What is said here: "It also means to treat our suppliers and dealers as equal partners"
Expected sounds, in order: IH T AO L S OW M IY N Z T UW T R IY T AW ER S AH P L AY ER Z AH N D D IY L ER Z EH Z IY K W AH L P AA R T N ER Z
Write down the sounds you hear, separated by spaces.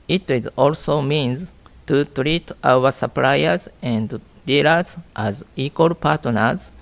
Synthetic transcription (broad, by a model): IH T AO L S OW M IY N Z T UW T R IY T AW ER S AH P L AY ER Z AH N D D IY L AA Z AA Z IY K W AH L P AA T N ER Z